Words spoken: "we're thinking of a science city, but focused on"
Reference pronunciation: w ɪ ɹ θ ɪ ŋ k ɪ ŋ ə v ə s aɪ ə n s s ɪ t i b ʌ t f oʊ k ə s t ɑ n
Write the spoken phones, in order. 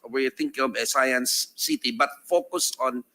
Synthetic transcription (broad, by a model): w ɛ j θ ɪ ŋ k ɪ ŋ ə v ə s aɪ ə n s s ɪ t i b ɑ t f oʊ k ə s ɑ n